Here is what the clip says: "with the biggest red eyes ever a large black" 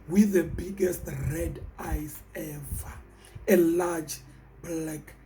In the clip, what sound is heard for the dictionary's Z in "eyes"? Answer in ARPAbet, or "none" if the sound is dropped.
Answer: S